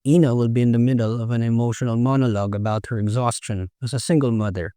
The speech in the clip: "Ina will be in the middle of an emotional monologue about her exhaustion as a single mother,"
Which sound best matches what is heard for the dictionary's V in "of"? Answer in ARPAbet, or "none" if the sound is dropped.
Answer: V